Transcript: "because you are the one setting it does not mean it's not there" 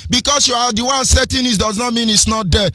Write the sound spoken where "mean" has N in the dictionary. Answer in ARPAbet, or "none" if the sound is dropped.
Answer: N